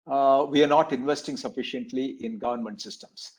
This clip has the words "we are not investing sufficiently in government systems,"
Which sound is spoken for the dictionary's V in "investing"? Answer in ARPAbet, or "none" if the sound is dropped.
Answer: V